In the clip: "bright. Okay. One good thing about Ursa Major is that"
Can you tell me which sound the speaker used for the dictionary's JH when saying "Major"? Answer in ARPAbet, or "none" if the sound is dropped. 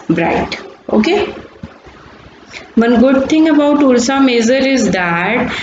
Z